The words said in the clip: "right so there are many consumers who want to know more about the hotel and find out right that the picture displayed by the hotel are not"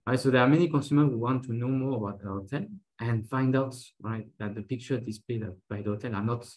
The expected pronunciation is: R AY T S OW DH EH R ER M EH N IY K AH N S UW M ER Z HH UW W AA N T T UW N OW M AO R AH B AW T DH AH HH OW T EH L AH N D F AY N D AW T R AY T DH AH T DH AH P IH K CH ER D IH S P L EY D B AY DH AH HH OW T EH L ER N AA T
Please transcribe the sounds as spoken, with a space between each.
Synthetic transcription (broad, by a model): R AY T S OW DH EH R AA M EH N IY K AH N S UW M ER HH UW W AA N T T UW N OW M AO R AH B AW T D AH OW T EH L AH N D F AY N D AW T R AY T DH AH T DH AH P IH K CH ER D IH S P L EY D B AY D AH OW T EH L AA N AA T